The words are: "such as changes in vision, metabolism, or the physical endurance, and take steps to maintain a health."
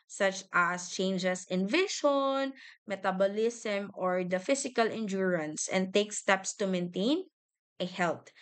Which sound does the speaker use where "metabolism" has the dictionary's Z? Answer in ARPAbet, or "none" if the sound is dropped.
S